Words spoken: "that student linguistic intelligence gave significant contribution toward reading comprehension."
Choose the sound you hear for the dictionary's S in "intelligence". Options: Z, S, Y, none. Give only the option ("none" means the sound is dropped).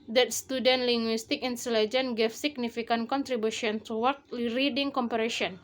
none